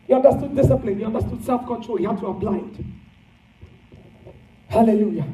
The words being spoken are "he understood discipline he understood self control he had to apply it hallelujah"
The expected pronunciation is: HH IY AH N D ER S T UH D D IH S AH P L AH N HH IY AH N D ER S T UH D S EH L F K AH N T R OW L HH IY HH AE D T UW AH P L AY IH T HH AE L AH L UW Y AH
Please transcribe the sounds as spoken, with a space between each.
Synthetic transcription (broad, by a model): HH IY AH N D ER S T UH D D IH S AH P L AH N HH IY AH N D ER S T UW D S EH L F K AH N T R OW L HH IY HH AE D T UW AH B L AY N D HH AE L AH L UW Y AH